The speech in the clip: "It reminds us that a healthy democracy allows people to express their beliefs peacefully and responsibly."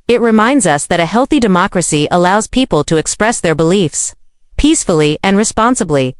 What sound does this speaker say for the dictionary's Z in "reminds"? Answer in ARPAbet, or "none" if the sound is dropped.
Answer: Z